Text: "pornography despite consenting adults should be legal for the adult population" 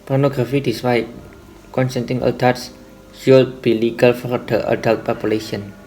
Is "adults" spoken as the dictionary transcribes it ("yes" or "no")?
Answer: no